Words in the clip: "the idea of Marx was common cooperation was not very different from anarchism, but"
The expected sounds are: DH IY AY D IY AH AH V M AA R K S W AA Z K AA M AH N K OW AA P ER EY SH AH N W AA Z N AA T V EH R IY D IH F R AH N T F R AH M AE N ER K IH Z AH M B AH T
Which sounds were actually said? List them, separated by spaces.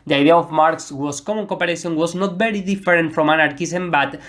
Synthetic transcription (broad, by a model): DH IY AY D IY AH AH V M AA R K S W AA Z K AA M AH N K OW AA P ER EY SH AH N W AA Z N AA T B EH R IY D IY F R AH N T F R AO M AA N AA K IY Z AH M B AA T